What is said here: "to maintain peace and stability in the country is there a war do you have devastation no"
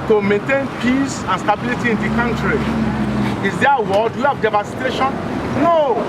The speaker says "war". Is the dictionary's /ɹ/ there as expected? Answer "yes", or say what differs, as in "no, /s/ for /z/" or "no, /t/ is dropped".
no, /l/ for /ɹ/